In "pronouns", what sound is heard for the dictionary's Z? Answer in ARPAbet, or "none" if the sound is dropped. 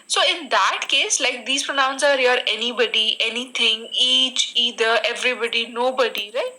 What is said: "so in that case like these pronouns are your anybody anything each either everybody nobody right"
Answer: S